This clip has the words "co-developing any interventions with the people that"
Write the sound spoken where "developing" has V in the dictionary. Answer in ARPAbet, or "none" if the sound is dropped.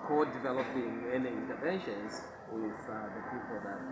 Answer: V